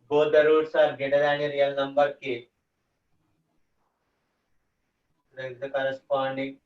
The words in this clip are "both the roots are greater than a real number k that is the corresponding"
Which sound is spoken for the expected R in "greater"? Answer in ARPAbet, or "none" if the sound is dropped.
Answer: none